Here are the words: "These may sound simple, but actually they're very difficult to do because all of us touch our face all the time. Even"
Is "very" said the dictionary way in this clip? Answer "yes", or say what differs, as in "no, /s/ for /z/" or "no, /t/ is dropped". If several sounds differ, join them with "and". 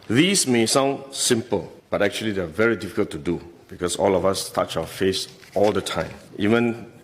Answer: yes